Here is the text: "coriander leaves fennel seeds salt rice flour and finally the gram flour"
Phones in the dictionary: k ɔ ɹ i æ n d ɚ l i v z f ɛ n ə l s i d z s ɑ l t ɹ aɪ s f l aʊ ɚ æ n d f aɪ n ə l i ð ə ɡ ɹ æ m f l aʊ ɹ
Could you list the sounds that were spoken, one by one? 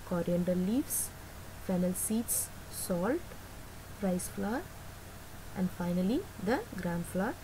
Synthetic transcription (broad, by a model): k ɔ ɹ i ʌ n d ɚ l i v s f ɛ n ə l s i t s s ɑ l t ɹ aɪ s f l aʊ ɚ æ n d f aɪ n ə l i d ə ɡ ɹ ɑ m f l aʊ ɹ